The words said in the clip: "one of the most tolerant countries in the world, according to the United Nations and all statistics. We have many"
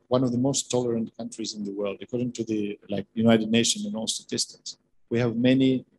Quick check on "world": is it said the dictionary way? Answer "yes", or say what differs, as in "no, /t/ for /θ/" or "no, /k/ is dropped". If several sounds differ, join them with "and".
yes